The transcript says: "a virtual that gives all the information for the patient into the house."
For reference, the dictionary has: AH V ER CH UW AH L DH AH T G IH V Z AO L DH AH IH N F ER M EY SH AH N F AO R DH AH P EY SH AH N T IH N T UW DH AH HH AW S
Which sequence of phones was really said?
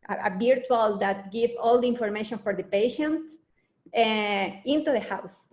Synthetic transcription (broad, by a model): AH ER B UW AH L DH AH T G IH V AO L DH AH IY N F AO M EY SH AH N F AO R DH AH P EY SH AH N T IH N T UW DH AH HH AW S